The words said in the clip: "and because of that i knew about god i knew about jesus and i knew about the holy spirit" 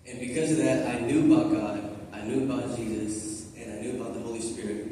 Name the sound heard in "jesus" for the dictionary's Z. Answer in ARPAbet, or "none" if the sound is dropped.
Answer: Z